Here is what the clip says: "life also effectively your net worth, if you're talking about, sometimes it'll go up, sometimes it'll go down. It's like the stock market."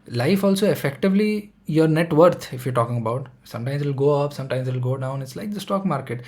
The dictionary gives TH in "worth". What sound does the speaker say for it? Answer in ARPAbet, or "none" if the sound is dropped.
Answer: T